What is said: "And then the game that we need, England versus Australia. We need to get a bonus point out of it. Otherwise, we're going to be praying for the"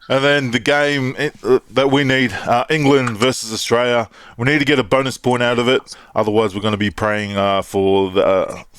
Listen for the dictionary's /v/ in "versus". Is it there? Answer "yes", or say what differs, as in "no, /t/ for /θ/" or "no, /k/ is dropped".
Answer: yes